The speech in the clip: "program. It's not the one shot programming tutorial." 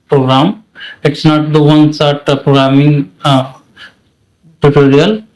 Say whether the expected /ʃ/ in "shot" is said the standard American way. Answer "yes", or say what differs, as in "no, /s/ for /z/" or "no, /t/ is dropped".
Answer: no, /s/ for /ʃ/